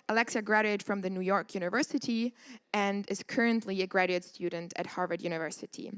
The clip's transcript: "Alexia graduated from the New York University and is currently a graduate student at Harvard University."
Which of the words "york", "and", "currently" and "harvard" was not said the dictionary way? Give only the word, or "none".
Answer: none